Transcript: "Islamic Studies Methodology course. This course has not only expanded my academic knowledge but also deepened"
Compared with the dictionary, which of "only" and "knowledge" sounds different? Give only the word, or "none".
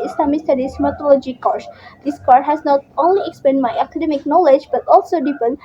none